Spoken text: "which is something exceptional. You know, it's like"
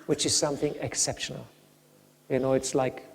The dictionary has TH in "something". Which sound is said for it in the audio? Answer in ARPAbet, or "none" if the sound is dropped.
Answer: TH